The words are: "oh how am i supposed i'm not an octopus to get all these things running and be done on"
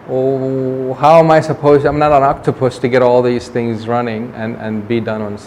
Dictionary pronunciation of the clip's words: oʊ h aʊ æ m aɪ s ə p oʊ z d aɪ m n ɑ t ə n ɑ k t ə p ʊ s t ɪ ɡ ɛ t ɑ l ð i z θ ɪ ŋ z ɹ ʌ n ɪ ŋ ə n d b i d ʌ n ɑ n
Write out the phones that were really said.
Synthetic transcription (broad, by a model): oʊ h aʊ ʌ m aɪ s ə p oʊ z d aɪ m n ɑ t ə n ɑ k t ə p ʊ s t ɪ ɡ ɛ t ɑ l ð i z θ ɪ ŋ z ɹ ʌ n ɪ ŋ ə n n b i d ʌ n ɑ n